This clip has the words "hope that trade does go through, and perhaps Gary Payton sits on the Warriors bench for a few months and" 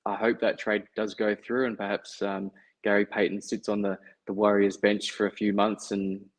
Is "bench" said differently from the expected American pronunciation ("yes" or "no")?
no